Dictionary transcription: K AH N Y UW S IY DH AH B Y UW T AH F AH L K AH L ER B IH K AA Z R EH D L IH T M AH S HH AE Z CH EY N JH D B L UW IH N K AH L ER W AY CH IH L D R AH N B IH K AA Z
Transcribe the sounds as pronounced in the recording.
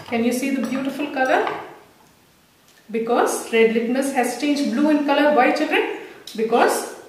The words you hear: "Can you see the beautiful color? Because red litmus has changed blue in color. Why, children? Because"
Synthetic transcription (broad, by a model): K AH N Y UW S IY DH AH B Y UW T AH F AH L K AH L ER B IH K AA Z R EH D L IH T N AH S HH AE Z CH EY N JH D B L UW IH N K AH L ER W AY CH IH D R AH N B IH K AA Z